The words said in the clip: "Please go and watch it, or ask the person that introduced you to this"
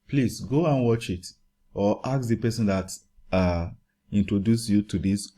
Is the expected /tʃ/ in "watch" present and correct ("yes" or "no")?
yes